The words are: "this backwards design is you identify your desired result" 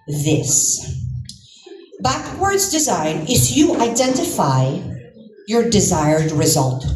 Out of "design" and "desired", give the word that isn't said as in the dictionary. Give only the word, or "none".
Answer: none